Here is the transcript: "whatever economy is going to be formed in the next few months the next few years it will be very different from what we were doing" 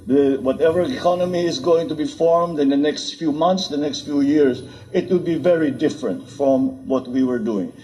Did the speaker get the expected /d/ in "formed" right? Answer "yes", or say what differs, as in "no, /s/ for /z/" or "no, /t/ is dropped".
yes